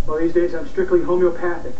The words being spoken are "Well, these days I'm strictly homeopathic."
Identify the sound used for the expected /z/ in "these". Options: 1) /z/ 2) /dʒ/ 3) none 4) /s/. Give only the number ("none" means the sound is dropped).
1